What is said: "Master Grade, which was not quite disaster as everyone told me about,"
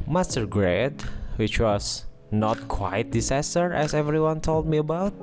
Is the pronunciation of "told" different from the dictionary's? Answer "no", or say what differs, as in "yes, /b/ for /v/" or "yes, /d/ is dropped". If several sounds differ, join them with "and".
no